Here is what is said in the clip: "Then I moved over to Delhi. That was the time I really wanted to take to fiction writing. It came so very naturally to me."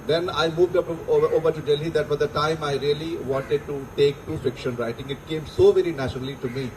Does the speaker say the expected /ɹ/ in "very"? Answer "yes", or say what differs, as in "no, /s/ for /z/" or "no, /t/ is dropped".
yes